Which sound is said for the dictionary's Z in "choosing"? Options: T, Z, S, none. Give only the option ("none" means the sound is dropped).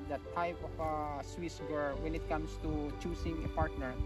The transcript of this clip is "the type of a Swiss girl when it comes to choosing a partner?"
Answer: S